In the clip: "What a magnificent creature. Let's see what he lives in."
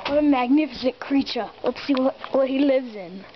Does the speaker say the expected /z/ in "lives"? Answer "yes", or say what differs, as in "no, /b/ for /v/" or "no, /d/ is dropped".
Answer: yes